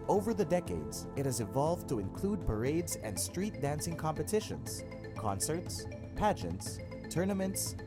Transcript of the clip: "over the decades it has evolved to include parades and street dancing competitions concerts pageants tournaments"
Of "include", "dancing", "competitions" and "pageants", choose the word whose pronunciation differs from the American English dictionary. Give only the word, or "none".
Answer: none